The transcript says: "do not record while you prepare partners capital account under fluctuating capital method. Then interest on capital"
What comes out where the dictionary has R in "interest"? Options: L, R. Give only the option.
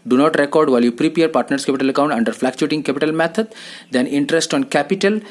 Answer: R